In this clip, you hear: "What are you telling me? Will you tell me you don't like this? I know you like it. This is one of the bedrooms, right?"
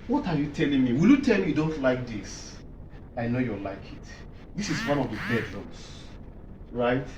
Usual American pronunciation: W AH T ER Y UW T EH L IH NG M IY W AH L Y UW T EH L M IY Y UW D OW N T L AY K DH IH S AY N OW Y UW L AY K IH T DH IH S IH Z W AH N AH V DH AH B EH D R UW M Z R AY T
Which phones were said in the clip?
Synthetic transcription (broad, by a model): W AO T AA Y UW T EH L IH NG M IY W AH L Y UW T EH L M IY Y UW D OW N T L AY K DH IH S AY N OW Y UW L AY K IH T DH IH S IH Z W AH N AH V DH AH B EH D L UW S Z R AY T